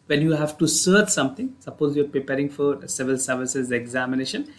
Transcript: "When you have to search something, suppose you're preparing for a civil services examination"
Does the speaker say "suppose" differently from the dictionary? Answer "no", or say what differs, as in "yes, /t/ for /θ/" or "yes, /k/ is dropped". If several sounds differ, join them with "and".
no